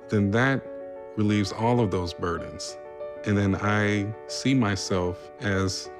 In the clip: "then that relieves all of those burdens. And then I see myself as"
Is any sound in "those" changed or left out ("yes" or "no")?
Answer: no